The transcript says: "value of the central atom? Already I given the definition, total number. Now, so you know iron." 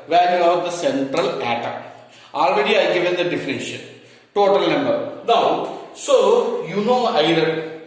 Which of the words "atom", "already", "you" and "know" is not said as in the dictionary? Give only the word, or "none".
atom